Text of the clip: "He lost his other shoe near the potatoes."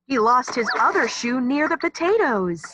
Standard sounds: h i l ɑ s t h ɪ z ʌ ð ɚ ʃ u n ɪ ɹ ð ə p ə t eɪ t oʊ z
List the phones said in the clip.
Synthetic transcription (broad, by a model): h i l ɑ s t h ɪ z ʌ ð ɚ ʃ u n ɪ ɹ ð ə p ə t eɪ t oʊ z